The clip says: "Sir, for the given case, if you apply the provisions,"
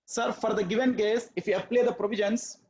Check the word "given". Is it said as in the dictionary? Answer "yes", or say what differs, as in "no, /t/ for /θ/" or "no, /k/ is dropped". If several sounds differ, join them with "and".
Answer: yes